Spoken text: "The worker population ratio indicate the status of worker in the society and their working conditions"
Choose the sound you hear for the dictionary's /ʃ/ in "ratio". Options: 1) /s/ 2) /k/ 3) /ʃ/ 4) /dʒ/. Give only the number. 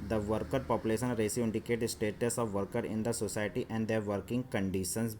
1